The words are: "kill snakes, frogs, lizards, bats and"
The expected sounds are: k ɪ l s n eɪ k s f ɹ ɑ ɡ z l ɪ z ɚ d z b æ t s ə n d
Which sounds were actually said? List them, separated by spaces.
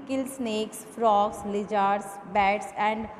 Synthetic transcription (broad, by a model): k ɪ l s n eɪ k s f ɹ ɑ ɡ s l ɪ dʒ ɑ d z b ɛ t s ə n d